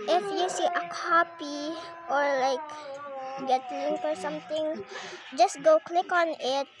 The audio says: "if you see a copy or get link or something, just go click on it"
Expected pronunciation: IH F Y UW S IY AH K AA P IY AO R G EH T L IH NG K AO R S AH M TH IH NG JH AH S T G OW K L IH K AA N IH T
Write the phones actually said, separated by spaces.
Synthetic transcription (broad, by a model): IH F Y UW S IY AH K AA P IY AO R G EH T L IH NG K AO R S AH M T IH NG JH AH S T G OW K L IH K AA N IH T